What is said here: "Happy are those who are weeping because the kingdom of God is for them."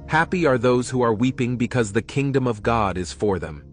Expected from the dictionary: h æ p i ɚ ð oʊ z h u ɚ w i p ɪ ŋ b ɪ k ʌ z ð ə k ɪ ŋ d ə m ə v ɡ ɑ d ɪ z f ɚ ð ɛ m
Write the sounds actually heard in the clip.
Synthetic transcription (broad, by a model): h æ p i ɚ ð oʊ z h u ɚ w i p ɪ ŋ b ɪ k ʌ z ð ə k ɪ ŋ d ə m ə v ɡ ɑ d ɪ z f ɚ ð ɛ m